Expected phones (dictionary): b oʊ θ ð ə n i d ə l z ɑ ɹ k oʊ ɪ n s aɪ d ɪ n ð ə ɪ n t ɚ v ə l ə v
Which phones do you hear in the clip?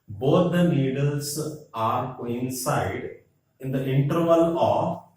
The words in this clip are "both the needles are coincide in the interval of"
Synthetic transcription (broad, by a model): b oʊ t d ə l i d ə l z ɑ ɹ k oʊ ɪ n s aɪ d ɪ n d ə ɪ n t ɚ v ə l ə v